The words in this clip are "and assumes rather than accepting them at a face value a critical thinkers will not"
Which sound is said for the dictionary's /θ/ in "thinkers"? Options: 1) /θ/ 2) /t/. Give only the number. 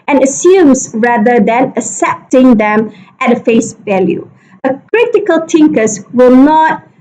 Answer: 2